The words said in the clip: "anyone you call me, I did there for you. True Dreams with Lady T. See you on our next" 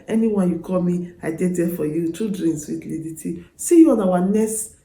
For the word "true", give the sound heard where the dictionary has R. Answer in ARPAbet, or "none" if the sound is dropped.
none